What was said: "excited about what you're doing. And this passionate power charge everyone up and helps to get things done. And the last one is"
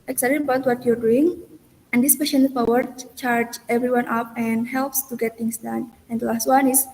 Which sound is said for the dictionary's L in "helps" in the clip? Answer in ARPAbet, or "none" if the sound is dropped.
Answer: L